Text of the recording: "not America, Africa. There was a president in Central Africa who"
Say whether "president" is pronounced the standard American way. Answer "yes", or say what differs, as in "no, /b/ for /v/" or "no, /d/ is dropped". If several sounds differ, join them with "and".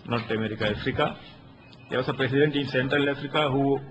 no, /s/ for /z/